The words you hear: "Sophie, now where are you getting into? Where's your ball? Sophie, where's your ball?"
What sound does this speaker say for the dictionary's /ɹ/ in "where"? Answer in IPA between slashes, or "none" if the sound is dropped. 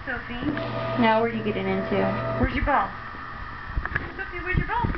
/w/